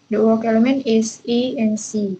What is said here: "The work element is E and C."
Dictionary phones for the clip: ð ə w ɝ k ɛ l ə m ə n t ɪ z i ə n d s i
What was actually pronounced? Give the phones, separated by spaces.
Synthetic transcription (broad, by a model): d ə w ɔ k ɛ l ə m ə n ɪ s i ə n s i